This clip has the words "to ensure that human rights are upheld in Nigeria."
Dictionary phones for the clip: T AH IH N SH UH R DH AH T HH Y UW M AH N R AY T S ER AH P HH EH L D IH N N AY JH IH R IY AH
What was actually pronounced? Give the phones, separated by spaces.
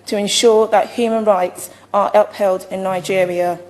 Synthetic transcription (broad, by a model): T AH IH N SH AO DH AH T HH Y UW M AH N R AY T S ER AH P HH EH L D IH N N AY JH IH R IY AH